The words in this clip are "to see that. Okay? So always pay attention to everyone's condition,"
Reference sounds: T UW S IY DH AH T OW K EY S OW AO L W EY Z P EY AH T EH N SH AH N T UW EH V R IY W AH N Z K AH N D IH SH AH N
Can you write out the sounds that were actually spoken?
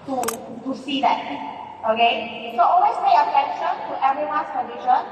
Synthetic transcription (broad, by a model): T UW S IY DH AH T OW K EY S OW AO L W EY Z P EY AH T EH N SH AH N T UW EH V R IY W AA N S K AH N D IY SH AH N